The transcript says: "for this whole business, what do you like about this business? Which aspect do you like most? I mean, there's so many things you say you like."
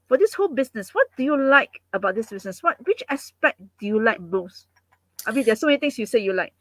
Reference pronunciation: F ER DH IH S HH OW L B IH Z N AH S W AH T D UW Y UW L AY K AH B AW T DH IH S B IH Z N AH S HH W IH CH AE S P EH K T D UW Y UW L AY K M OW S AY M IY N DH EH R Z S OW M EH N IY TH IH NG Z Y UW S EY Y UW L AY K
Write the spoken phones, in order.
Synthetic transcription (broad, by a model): F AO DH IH S HH OW L B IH S N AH S W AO T D UW Y UW L AY K AH B AW T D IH S B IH S N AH S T W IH CH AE S P EH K D UW Y UW L AY K M OW S AY M IY N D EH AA S OW M EH N IY T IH NG S Y UW S EY Y UW L AY K